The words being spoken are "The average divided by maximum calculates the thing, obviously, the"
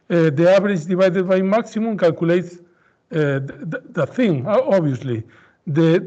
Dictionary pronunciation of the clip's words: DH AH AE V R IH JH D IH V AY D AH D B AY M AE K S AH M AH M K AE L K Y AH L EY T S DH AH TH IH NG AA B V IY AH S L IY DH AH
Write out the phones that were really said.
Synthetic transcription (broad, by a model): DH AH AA B R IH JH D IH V AY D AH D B AY M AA K S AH M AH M K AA L K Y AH L EY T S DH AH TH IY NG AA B IY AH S L IY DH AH